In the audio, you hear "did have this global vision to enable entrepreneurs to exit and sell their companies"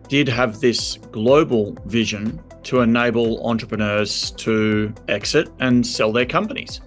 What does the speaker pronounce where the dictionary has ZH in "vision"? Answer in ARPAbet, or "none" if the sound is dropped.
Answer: ZH